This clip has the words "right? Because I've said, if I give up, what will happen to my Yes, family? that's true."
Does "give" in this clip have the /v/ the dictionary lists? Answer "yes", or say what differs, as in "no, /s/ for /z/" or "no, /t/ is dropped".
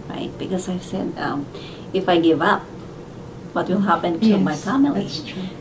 yes